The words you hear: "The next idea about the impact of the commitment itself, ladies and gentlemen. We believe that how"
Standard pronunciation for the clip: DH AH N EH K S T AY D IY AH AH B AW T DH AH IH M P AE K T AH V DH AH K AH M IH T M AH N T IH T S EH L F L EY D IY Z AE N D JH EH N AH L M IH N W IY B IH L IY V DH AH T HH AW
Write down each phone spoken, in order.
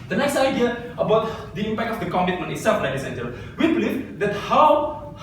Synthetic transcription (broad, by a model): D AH N EH K S T AY D IY AH AH B AW T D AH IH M P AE K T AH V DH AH K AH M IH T M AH N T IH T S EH F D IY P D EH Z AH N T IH L W IY B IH L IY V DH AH T HH AW